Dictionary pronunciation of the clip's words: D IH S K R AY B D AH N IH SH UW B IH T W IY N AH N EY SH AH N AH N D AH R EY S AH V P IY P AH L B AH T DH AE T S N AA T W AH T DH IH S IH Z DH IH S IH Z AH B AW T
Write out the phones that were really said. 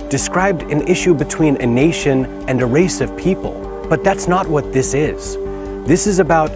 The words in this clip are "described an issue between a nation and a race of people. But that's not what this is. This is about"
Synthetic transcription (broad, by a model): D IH S K R AY B D AH N IH SH UW B IH T W IY N AH N EY SH AH N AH N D AH R EY S AH V P IY P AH L B AH T DH AE T S N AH T W AH T DH IH S IH Z DH IH S IH Z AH B AW T